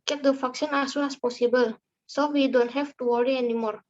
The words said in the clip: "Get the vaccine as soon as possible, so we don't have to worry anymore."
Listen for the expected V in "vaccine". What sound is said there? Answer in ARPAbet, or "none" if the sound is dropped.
F